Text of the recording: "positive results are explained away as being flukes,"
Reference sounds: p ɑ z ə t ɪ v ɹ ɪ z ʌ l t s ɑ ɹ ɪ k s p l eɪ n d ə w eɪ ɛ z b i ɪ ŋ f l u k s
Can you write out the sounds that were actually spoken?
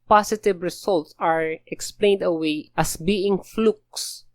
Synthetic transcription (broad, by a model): p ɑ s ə t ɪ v ɹ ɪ s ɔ l t s ɑ ɹ ɪ k s p l eɪ n d ə w eɪ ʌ s b i ɪ ŋ f l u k s